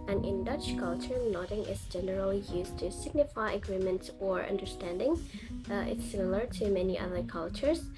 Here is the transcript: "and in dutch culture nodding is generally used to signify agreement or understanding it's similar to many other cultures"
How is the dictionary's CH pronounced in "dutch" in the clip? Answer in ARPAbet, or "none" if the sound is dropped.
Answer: CH